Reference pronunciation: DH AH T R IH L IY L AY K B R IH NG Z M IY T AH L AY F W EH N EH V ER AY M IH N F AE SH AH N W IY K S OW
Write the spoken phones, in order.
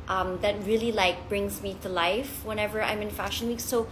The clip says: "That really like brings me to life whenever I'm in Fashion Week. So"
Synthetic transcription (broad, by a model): DH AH T R IH L IY L AY K B R IH NG Z M IY T AH L AY F W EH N EH V ER AY M IH N F AE SH AH N W IY K S OW